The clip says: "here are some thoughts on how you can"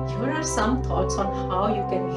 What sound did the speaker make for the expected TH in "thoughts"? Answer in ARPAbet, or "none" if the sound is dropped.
T